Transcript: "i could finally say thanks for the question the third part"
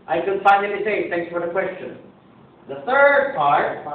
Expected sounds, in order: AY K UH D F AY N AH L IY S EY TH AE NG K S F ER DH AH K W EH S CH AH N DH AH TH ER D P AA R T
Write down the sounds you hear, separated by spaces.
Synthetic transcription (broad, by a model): AY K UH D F AY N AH N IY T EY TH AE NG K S F ER DH AH K W EH S CH AH N DH AH TH ER D P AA R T